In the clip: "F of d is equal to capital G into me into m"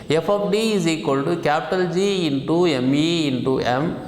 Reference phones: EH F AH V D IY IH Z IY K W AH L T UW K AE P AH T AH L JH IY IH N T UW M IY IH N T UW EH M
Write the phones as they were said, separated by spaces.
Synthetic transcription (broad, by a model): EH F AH P D IY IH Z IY K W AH L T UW K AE P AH T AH L JH IY N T UW M IY IH N T UW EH M